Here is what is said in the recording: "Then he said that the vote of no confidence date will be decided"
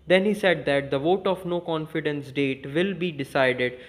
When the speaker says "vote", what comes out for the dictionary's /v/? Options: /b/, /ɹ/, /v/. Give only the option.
/v/